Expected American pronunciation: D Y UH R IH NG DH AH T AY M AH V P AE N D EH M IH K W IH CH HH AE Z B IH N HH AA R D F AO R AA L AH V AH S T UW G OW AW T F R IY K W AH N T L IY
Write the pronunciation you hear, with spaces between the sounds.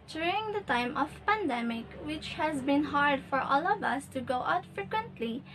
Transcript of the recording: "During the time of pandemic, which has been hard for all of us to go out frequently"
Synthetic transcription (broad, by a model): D Y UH R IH NG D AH T AY M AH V P AE N D EH M IH K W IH CH HH AE Z B IH N HH AA R D F AO R AA L AH V AH S T UW G OW AW T F R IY K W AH N T L IY